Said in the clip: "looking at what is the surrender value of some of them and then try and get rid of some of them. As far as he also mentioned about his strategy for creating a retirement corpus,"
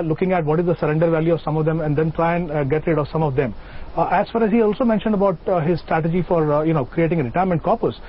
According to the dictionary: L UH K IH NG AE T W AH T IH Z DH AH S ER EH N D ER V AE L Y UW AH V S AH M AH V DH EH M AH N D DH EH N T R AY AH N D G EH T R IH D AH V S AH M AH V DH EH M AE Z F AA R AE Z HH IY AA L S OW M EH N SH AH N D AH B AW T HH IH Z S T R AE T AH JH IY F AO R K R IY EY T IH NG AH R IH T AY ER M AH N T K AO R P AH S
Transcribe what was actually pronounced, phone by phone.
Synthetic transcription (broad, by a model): L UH K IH NG AE T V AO T IH Z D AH S ER EH N D ER V AE L Y UW AH V S AH M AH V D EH M AH N D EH N T R AY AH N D G EH T R IH D AH V S AH M AH V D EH M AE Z F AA R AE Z HH IY AA L S OW M EH N SH AH N D AH B AW T HH IH Z S T R AE T AH JH IY F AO R K R IY EY T IH NG AH R IH T AY ER M AH N T K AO R P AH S